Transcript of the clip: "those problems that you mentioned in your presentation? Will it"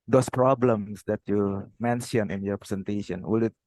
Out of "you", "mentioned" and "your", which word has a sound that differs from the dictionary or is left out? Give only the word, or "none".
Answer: mentioned